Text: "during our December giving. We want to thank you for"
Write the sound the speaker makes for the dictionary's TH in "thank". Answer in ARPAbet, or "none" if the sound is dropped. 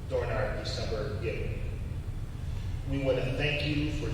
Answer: TH